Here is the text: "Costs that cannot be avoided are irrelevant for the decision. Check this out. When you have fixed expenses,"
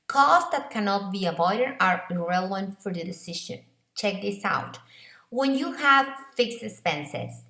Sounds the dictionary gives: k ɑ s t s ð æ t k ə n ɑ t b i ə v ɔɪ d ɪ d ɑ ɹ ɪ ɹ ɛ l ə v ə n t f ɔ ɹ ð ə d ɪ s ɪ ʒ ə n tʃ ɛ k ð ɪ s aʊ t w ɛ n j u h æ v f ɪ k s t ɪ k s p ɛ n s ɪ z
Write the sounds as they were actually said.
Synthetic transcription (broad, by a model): k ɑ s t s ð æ t k ə n ɑ t b i ə v ɔɪ d ɪ d ɑ ɹ ɪ ɹ ɛ l ə v ə n t f ɔ ɹ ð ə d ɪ s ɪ ʃ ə n tʃ ɛ k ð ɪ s aʊ t w ɛ n j u h æ v f ɪ k s t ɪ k s p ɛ n s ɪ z